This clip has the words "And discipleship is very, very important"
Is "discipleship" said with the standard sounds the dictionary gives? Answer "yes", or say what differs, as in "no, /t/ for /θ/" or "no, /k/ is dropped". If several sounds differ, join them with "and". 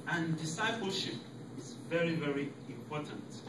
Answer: yes